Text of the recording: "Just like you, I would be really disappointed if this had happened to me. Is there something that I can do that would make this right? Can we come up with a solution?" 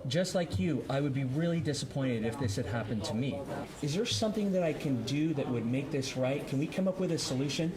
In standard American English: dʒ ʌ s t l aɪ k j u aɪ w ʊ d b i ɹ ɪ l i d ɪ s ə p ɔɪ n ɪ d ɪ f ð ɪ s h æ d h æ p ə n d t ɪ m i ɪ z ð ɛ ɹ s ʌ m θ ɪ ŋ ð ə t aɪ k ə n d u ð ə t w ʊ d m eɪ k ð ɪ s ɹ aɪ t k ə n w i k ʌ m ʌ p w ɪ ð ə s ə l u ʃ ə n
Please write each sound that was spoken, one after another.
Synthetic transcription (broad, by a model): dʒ ʌ s t l aɪ k j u aɪ w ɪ d b i ɹ ɪ l i d ɪ s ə p ɔɪ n ɪ d ɪ f ð ɪ s h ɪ d h æ p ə n t ɪ m i ɪ z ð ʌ ɹ s ʌ m θ ɪ ŋ ð ə t aɪ k ə n d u ð ə t w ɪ d m eɪ k ð ɪ s ɹ aɪ t k ə n w i k ʌ m ʌ p w ɪ ð ə s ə l u ʃ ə n